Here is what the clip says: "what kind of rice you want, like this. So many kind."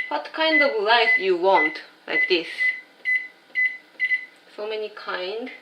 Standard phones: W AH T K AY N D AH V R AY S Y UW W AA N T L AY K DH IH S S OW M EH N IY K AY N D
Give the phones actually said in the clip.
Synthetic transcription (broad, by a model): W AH T K AY N D AH V L AY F Y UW W AA N T L AY K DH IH S S OW M EH N IY K AY N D